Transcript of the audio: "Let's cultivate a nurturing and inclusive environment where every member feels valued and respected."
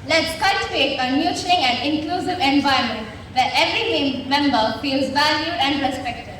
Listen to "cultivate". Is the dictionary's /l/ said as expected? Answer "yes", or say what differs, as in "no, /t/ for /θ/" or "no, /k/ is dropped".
no, /l/ is dropped